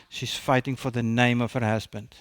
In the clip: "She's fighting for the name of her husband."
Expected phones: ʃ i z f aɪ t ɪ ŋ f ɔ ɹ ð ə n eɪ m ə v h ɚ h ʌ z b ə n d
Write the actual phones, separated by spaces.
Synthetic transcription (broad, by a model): ʃ i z f aɪ t ɪ ŋ f ɔ ɹ ð ə n eɪ m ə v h ɚ h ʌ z b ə n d